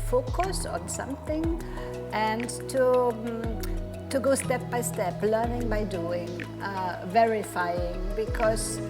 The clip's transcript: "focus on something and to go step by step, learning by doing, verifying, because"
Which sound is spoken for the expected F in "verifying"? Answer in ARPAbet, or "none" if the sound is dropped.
F